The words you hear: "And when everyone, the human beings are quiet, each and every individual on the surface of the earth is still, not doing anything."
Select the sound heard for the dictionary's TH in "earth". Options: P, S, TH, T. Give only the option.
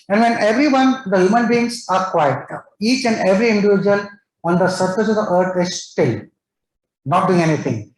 T